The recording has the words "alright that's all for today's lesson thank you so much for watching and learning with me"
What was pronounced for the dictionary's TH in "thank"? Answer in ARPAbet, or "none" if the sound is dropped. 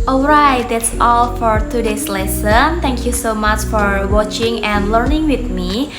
T